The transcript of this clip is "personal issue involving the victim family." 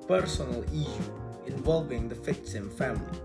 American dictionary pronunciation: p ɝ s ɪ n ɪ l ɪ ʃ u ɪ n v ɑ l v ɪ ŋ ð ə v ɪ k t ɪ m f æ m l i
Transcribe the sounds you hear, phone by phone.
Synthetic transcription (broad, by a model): p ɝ s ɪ n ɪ l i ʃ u ɪ n v ɑ l v ɪ ŋ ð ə f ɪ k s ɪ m f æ m l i